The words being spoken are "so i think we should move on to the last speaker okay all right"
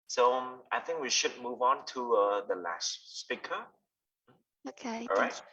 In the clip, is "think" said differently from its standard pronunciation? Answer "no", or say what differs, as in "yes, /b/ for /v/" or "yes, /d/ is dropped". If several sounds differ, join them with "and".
no